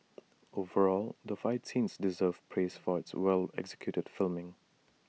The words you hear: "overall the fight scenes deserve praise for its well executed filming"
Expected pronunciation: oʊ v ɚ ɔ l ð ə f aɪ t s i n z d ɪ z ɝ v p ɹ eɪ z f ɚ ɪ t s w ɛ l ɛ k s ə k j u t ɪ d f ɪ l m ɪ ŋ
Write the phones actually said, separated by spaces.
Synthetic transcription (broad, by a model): oʊ v ɚ ɔ l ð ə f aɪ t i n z d ɪ z ɝ v p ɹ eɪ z f ɚ ɪ t s w ɛ l ɛ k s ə k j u t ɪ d f ɪ l m ɪ ŋ